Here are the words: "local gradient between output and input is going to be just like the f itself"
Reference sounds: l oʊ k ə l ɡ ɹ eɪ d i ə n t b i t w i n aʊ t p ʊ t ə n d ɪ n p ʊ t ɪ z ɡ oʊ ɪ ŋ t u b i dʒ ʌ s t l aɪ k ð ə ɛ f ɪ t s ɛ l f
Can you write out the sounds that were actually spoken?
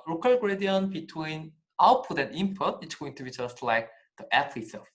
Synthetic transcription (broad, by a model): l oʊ k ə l ɡ ɹ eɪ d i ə n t b i t w i n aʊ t p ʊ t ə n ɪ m p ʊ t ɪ s ɡ oʊ ɪ ŋ t u b i dʒ ʌ s t l aɪ k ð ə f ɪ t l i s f